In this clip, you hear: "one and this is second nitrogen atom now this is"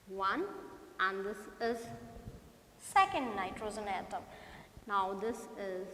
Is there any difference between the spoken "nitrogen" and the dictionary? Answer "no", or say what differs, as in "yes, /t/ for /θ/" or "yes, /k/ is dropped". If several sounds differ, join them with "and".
yes, /z/ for /dʒ/